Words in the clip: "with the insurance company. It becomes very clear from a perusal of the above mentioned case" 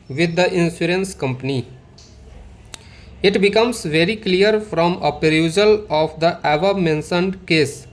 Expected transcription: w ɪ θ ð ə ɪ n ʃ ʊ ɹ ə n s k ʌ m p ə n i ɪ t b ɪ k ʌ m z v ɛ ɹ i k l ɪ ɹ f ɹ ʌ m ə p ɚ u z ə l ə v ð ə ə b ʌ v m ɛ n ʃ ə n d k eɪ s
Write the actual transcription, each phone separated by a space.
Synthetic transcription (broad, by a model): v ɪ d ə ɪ n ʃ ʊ ɹ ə n s k ʌ m p ə n i ɪ t b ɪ k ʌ m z v ɛ ɹ i k l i ɹ f ɹ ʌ m ə p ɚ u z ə l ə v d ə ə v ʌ m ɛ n s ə n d k eɪ s